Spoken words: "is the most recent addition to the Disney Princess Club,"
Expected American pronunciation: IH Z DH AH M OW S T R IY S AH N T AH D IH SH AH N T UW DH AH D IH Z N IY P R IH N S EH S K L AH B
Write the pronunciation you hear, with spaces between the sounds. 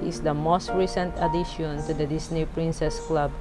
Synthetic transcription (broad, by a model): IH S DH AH M OW S T R IY S AH N T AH D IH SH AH N T UW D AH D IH S N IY P R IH N S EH S K L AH B